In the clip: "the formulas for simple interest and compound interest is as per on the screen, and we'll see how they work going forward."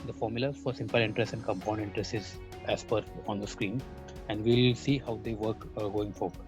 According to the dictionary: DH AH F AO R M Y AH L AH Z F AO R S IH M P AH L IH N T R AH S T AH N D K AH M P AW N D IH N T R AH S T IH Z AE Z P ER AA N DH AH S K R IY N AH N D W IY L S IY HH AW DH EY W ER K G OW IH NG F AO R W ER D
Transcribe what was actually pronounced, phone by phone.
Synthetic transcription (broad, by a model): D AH F AO R M Y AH L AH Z F AO R S IH M P AH L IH N T R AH S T AH N D K AH M P AW N D IH N T R AH S T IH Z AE S P ER AA N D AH S K R IY N AH N D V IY L S IY HH AW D EY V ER K G OW IH NG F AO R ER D